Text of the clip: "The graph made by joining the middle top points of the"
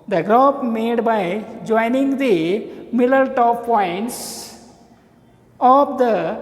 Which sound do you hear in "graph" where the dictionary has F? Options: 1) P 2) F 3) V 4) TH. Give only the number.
1